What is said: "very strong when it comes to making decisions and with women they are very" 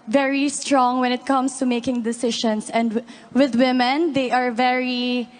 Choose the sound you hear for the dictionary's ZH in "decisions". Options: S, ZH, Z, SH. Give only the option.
SH